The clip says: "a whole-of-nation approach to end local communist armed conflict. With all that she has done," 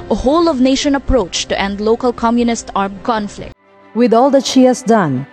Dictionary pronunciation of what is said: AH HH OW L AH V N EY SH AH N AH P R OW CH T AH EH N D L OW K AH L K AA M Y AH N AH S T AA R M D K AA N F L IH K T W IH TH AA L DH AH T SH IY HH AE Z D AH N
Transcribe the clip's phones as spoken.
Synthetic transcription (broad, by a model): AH HH OW L AH V N EY SH AH N AH P R OW CH T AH EH N D L OW K AH L K AA M Y AH N AH S T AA R M K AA N F L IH K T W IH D AA L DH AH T SH IY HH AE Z D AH N